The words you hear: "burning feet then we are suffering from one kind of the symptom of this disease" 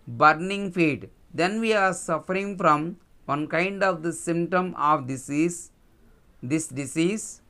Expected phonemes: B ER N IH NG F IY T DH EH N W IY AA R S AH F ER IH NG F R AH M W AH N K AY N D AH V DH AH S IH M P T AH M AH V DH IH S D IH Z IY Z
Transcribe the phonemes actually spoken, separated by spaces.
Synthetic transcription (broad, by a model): B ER N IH NG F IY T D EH N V IY AA R S AH F ER IH NG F R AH M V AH N K AY N D AH V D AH S IH M P T AH M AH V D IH S D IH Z IY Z